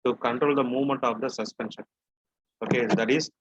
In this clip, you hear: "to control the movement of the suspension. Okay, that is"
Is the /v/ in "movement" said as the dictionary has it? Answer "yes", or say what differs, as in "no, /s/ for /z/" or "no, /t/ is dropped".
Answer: yes